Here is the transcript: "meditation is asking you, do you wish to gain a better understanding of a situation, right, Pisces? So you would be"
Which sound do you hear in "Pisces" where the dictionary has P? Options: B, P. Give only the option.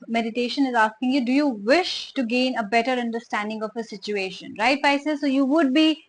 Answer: B